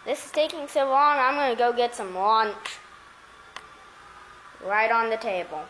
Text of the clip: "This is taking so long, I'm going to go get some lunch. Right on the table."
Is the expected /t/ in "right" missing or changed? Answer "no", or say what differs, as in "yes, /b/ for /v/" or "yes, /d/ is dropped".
no